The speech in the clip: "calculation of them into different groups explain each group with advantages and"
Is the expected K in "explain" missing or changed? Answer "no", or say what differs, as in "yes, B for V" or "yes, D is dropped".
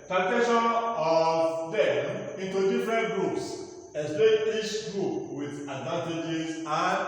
yes, K is dropped